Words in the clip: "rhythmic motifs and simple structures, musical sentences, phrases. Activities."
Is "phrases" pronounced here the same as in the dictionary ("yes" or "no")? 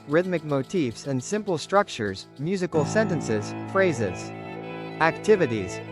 yes